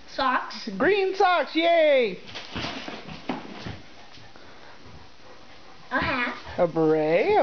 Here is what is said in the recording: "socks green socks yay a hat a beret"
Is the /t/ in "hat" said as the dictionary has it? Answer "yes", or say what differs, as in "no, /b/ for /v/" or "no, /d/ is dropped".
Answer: no, /t/ is dropped